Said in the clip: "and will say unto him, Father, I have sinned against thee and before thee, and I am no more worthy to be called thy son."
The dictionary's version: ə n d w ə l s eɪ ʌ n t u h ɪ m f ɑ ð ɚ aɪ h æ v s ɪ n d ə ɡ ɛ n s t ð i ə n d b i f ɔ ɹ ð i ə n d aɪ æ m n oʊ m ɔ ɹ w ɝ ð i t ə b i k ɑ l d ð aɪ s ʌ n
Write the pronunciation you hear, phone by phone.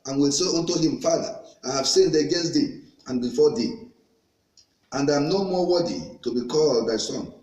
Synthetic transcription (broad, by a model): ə n w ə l s eɪ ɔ n t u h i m f ɑ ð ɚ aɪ h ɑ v s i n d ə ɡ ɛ s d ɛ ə n b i f ɔ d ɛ ə n d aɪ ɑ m n oʊ m ɔ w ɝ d i t ə b i k ɑ l d aɪ s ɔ n